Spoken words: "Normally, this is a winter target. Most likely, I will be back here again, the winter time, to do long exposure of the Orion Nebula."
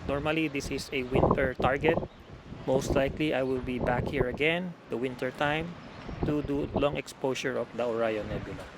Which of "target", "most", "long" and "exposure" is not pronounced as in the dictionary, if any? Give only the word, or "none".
exposure